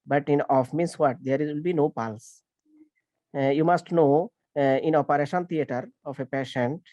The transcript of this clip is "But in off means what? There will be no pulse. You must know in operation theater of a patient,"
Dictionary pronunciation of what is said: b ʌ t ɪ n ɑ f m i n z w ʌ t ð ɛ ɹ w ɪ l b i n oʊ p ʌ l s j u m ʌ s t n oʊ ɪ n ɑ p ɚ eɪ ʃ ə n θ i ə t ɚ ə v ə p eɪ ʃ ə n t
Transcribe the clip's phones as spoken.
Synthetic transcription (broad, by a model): b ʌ t ɪ n ɑ f m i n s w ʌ t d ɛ ɹ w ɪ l b i n oʊ p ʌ l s j u m ʌ s t n oʊ ɪ n ɑ p ɚ eɪ ʃ ə n t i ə t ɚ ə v ə p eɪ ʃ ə n t